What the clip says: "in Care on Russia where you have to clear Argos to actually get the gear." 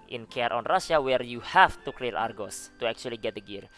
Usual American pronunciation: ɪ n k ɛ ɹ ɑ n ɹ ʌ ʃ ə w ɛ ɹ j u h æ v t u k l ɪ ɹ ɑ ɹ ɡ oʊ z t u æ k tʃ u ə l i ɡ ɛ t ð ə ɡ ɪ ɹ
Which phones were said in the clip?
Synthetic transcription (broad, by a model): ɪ n k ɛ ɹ ɑ n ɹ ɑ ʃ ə w ɛ ɹ j u h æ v t u k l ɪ l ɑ ɹ ɡ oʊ s t u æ k tʃ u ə l i ɡ ɛ t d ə ɡ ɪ ɹ